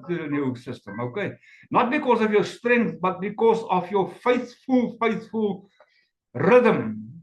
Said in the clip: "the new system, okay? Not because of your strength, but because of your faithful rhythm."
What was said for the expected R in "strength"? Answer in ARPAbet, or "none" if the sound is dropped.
R